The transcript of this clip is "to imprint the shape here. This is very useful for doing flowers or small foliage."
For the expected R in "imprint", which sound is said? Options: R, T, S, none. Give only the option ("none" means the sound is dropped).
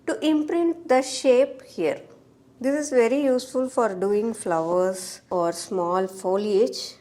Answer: R